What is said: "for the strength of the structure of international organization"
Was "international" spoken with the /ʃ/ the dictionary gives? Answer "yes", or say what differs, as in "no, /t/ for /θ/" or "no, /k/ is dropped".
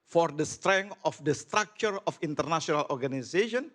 no, /s/ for /ʃ/